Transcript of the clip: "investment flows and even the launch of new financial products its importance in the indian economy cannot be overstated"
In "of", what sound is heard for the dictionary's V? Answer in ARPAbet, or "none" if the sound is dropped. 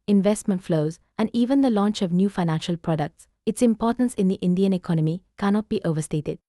V